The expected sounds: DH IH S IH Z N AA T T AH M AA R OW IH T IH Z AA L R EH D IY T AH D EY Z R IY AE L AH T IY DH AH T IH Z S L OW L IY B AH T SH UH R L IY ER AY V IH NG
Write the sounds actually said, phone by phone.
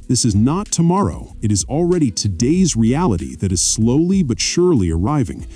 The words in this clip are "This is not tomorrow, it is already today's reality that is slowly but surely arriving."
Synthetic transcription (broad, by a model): DH IH S IH Z N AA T T AH M AA R OW IH T IH Z L R EH D IY T AH D EY Z R IY AE L AH T IY DH AH T IH Z S L OW L IY B AH T SH UH R L IY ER AY V IH NG